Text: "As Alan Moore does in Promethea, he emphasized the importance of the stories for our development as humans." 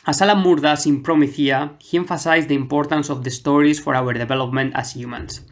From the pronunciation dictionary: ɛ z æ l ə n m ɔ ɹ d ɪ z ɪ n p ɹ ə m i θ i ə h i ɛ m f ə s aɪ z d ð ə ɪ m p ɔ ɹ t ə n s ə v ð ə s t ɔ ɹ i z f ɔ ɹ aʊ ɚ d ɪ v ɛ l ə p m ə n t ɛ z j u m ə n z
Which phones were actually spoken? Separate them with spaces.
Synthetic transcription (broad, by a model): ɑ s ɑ l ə m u ɹ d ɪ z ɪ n p ɹ ə m i θ i ə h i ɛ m f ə s aɪ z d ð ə ɪ m p ɔ ɹ t ə n s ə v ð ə s t ɔ ɹ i s f ɔ ɹ aʊ ɚ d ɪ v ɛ l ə p m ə n t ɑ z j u m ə n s